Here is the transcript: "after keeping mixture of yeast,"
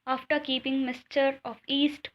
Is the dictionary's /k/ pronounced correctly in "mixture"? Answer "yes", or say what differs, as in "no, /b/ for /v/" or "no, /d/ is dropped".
no, /k/ is dropped